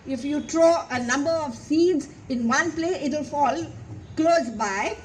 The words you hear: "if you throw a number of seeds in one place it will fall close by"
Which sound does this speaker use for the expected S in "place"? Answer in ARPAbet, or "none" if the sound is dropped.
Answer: none